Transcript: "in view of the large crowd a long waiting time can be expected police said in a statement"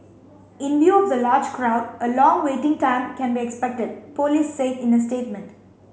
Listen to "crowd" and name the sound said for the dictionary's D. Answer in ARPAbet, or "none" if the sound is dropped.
D